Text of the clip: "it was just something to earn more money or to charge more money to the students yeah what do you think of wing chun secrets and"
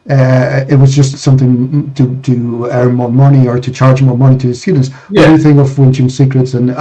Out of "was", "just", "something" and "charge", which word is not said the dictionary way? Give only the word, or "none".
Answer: none